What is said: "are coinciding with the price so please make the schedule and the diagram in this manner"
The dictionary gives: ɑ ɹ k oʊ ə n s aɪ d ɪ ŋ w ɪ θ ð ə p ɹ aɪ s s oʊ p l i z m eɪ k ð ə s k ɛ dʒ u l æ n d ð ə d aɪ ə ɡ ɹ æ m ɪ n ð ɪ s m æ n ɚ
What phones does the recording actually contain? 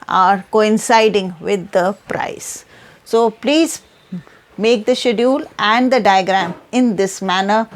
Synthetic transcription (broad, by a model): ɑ ɹ k oʊ ə n s aɪ d ɪ ŋ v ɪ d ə p ɹ aɪ s s oʊ p l i z m eɪ k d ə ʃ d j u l æ n d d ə d aɪ ə ɡ ɹ æ m ɪ n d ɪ s m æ n ɚ